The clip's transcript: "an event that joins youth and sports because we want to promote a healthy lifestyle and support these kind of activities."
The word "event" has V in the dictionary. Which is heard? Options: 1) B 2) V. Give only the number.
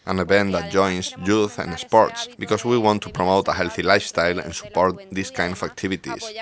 1